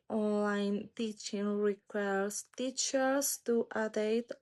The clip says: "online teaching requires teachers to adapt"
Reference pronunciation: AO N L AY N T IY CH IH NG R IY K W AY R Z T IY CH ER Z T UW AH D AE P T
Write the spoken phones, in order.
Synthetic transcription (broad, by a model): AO N L AY N T IY CH IH NG R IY K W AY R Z T IY CH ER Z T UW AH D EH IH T